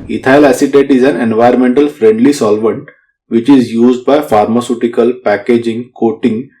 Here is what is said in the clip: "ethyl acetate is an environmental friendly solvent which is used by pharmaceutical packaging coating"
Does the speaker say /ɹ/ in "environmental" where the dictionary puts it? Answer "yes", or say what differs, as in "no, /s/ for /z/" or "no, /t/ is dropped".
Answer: no, /ɹ/ is dropped